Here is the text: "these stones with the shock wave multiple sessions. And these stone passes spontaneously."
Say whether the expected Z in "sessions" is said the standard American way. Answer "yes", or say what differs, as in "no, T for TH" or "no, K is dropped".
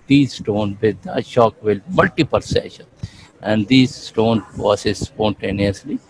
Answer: no, Z is dropped